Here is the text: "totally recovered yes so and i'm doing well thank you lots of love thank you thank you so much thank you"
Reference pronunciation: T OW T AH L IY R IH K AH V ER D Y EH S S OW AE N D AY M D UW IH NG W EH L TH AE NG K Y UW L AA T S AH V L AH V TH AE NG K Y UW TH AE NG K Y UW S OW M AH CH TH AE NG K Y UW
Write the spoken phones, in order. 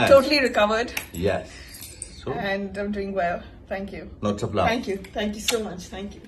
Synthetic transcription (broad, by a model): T OW T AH L IY R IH K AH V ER D Y EH S S OW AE N D AY M D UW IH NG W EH L T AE NG K Y UW N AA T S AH P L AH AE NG K Y UW T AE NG K Y UW S OW M AH CH T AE NG K Y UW